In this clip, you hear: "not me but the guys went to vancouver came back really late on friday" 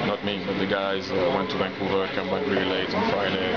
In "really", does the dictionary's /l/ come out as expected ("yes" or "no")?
no